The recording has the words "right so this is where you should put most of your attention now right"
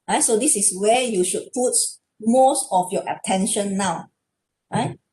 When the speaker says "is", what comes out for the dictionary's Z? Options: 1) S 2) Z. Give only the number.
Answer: 1